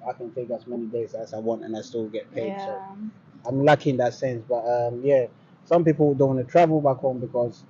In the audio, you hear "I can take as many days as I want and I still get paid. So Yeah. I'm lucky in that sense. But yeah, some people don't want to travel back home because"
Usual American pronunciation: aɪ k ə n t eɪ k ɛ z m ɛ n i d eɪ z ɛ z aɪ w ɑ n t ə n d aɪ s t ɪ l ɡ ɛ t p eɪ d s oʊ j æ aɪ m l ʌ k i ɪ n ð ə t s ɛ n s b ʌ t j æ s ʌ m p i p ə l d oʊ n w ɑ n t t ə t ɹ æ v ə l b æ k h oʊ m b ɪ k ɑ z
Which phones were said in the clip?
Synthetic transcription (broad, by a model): aɪ k ə n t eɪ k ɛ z m ɛ n i d eɪ z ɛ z aɪ w ɑ n t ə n aɪ s t ɪ l ɡ ɛ t p eɪ d s oʊ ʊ aɪ m l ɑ k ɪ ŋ ð ə t s ɛ n s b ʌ t j æ s ʌ m p i p l d oʊ n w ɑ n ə t ɹ æ v ə l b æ k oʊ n b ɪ k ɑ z